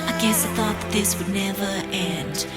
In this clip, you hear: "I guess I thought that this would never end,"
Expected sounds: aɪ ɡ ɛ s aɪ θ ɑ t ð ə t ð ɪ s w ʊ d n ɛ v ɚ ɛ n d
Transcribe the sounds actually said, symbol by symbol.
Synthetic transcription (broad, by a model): aɪ ɡ ɛ s aɪ θ ɑ t ð ə t ð ɪ s w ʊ d n ɛ v ɚ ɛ n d